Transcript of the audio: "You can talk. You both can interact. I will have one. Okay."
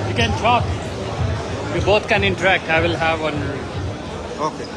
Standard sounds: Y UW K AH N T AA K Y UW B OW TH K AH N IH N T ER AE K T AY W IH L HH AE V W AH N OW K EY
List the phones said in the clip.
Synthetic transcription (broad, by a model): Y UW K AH N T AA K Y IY B OW T K AH N IH N T ER AE K T AY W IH L HH AE V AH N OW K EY